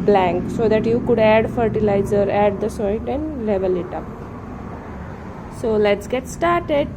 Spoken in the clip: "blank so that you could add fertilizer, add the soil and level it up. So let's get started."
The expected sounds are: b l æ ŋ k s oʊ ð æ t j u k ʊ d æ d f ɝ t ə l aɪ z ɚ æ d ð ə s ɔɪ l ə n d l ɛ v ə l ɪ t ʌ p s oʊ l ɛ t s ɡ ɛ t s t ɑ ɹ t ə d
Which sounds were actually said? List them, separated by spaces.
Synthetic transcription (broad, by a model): b l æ ŋ k s oʊ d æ t j u k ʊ d æ d f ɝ t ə l aɪ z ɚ æ d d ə s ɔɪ n ə n d l ɛ v ə l ɪ t ʌ p s oʊ l ɛ t s ɡ ɛ t s t ɑ ɹ t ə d